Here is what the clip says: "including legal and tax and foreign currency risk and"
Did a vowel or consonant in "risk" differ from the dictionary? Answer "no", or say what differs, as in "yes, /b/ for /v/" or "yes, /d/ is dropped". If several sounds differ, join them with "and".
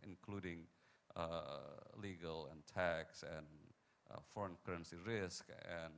no